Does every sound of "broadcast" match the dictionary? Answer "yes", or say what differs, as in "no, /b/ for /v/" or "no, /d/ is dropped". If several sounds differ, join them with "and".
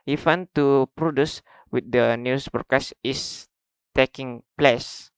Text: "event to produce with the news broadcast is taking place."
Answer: no, /ɹ/ is dropped